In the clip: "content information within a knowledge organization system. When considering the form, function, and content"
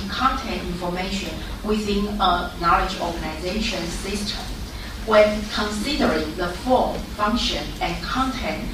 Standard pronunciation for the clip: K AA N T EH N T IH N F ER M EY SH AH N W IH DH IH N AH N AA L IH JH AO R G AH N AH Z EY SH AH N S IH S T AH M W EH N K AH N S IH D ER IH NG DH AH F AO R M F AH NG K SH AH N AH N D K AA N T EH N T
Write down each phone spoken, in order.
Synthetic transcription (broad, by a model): K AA N T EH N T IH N F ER M EY SH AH N W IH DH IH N AH N AA L IH JH AO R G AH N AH Z EY SH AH N S IH S T AH M W EH N K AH N S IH D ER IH NG DH AH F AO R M F AH NG K SH AH N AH N K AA N T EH N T